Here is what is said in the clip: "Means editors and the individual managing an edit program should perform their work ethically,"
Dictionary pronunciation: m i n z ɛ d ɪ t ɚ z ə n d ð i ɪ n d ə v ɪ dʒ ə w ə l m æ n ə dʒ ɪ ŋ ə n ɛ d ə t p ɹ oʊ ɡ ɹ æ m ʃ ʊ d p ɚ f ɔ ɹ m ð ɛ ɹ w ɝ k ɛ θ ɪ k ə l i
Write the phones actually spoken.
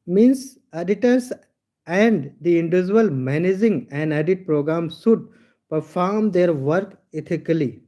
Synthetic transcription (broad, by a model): m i n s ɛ d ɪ t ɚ s ə n d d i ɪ n d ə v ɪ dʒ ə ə l m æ n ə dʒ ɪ ŋ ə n ɛ d ə t p ɹ oʊ ɡ ɹ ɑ m s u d p ɚ f ɔ ɹ m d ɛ ɹ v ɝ k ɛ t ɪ k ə l i